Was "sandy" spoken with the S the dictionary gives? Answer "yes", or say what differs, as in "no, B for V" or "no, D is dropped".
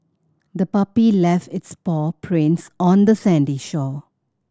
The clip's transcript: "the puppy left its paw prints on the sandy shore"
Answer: yes